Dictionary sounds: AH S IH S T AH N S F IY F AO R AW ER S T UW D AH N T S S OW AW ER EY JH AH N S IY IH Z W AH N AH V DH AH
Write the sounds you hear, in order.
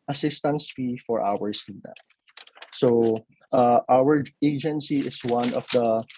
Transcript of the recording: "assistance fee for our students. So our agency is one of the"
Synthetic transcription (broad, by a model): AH S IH S T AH N S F IY F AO R AW ER S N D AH T S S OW AW ER EY JH AH N S IY IH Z W AH N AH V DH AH